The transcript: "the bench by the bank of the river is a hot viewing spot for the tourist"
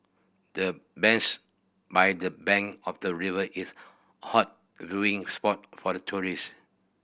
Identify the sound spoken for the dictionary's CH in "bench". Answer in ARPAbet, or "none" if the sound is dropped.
S